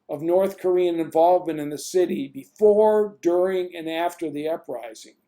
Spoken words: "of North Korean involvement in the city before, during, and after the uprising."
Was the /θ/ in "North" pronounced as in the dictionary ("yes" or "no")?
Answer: yes